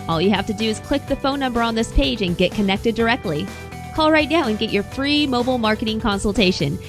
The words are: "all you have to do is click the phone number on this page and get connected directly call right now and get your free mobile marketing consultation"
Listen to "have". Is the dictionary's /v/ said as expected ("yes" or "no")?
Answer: no